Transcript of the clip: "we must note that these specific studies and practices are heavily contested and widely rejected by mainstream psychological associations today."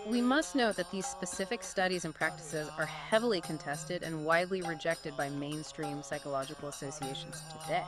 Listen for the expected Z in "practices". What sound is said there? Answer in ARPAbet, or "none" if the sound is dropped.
Z